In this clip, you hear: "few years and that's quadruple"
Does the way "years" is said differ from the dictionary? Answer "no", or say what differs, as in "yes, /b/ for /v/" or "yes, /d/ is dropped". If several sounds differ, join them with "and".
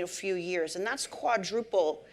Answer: no